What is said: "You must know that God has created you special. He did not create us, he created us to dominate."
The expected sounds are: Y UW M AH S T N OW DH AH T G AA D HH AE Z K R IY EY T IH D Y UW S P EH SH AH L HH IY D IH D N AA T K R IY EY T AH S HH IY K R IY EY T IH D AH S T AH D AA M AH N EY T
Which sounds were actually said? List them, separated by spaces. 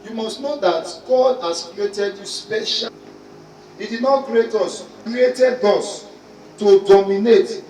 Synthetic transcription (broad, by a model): Y UW M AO S T N OW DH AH T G AA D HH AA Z K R IY EY T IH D Y UW S P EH SH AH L HH IY D IH D N AA T K R IY EY T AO S K R IY EY T IH D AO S T AH D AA M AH N EY T